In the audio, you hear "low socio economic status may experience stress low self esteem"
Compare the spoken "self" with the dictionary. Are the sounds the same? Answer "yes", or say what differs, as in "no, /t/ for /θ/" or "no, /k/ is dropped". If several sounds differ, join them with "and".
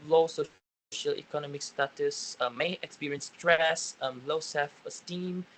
no, /l/ is dropped